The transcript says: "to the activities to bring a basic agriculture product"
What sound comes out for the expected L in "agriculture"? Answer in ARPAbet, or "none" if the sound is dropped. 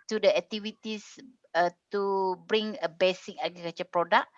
none